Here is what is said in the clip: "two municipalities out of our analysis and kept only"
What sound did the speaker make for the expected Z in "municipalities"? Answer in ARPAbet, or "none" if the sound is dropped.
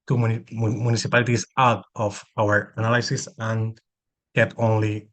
S